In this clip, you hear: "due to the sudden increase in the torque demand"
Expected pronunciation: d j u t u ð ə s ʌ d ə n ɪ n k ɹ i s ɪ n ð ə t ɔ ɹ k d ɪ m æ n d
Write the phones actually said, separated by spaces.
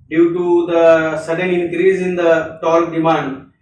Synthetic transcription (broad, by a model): d j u t u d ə s ʌ d ə n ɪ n k ɹ i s ɪ n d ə t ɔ l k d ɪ m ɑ n d